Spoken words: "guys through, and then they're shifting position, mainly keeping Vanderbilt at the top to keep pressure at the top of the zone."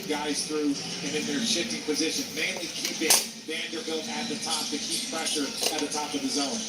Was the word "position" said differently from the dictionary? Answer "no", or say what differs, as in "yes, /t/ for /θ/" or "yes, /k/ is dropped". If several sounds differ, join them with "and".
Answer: no